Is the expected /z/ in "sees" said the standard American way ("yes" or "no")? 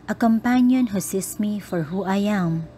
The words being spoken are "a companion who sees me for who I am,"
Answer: no